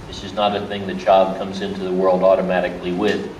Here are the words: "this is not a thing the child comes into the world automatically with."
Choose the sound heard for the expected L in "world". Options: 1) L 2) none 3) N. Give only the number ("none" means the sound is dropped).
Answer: 1